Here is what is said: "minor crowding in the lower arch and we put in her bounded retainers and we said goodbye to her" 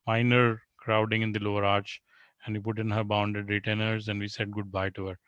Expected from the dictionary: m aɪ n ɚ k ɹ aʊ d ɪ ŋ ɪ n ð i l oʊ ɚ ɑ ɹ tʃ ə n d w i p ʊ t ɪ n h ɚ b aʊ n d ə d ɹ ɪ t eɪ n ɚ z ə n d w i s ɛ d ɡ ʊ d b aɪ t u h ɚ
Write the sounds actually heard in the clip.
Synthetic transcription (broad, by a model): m aɪ n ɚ k ɹ aʊ d ɪ ŋ ɪ n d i l oʊ ɚ ɑ ɹ tʃ ə n d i p ʊ t ɪ n h ɚ b aʊ n d ə d ɹ ɪ t eɪ n ɚ z ə n d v i s ɛ d ɡ ʊ d b aɪ t u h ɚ